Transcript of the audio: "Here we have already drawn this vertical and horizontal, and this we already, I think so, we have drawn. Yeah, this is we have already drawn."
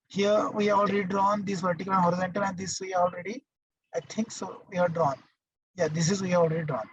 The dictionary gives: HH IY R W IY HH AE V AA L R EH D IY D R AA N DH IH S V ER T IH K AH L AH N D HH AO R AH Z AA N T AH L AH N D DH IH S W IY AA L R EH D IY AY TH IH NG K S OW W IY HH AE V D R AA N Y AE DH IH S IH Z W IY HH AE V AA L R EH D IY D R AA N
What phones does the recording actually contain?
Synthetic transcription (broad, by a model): HH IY R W IY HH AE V AA L R EH D IY D R AA N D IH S P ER T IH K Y L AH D HH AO R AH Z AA N T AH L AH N D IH S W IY AA L R EH D IY AY T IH NG K S OW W IY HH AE D R AA N Y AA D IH S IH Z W IY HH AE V AA L R EH D IY D R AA N